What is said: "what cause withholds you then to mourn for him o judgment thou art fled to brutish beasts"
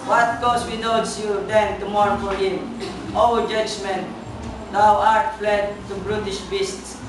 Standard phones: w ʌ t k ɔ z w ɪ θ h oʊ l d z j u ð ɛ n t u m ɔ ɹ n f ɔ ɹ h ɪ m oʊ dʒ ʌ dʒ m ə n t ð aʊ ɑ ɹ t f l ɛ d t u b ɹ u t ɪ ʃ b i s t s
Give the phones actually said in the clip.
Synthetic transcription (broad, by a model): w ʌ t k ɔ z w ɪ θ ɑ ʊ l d s j u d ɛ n t u m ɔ ɹ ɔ f ɔ ɹ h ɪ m oʊ dʒ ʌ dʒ m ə n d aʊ ɑ ɹ t f l ɛ d t u b ɹ u t ɪ ʃ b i s t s